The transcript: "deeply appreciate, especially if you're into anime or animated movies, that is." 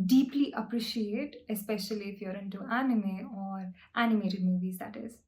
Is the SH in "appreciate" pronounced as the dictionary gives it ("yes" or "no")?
yes